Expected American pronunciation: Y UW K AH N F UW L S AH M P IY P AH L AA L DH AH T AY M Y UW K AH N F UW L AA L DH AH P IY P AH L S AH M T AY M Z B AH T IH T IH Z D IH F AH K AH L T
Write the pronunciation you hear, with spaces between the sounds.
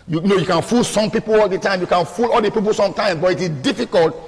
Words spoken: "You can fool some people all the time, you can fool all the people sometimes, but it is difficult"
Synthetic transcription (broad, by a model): Y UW K AH N F UW L S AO M P IY P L AA L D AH T AY M Y UW K AH N F UW L AA L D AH P IY P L S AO M T AY M B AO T IH T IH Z D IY F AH K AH L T